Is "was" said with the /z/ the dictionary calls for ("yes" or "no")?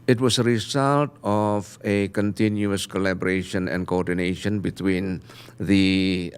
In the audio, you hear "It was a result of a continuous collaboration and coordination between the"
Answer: no